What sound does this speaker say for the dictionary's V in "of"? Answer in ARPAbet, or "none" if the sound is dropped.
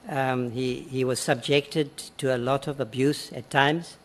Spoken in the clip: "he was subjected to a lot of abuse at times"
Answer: V